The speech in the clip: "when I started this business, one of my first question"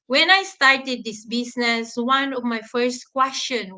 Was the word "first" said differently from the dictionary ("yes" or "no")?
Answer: no